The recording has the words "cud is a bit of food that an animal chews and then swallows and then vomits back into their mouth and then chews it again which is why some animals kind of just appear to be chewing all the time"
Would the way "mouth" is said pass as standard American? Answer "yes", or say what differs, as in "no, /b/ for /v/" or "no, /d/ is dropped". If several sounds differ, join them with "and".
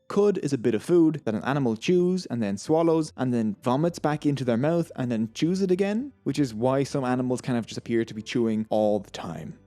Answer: yes